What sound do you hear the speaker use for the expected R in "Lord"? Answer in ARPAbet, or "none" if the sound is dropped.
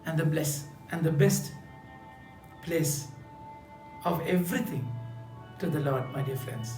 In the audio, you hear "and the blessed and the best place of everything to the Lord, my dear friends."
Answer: R